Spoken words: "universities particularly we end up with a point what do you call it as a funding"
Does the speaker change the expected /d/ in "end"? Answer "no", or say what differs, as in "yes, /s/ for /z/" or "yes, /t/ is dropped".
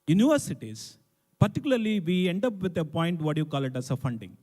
no